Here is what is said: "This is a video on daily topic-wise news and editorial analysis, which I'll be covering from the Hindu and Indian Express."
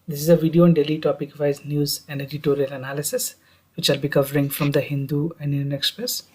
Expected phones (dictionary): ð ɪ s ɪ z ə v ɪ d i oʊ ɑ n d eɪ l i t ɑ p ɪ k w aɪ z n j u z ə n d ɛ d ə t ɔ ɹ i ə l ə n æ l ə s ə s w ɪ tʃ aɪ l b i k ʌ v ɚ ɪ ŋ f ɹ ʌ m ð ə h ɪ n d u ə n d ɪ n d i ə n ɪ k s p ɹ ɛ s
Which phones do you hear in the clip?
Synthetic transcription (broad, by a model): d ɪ s ɪ z ə v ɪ d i oʊ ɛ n d eɪ l i t ɑ p ɪ k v aɪ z n j u z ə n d ɛ d ə t ɔ ɹ i ə l ə n æ l ə s ə s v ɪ tʃ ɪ l b i k ʌ v ɚ ɪ ŋ f ɹ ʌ m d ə h ɪ n d u ə n d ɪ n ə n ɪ k s p ɹ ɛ s